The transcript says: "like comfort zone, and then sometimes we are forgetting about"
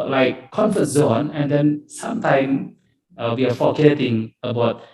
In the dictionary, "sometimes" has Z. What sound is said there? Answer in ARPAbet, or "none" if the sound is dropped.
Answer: none